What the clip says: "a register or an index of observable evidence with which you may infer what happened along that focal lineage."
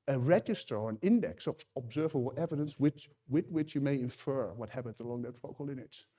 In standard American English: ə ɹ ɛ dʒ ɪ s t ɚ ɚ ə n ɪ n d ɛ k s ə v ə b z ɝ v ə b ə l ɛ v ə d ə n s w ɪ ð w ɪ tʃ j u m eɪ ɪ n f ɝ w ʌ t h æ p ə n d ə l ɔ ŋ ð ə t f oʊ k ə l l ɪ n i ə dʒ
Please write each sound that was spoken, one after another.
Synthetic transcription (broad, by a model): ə ɹ ɛ dʒ ɪ s t ɚ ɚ ə n ɪ n d ɛ k s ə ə b z ɝ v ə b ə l ɛ v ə d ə n s w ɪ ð w ɪ tʃ j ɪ m eɪ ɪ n f ɝ w ʌ t h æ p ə n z ə l ɔ ŋ ð ə t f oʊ ə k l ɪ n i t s